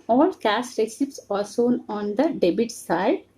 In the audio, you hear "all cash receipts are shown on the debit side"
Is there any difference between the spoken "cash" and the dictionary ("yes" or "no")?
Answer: yes